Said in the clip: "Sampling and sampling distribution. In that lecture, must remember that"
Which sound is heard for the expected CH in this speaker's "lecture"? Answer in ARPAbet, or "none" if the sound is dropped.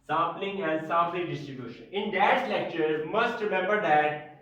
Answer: CH